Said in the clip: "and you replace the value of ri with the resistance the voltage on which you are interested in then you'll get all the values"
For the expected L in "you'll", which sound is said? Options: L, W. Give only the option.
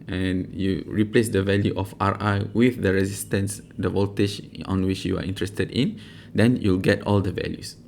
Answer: L